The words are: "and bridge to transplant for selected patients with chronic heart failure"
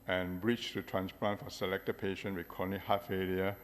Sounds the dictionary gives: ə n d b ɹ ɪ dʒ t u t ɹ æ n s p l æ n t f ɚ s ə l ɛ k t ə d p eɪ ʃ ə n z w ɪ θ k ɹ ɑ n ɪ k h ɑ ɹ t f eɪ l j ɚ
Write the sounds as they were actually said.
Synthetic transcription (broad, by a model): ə n b ɹ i tʃ t u t ɹ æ n s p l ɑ n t f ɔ s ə l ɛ k t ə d p eɪ ʃ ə n w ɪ k ɑ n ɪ h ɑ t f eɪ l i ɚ